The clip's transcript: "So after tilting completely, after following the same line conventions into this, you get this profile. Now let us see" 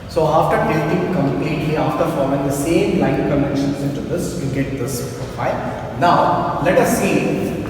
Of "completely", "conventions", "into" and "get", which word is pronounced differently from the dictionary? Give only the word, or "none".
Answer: conventions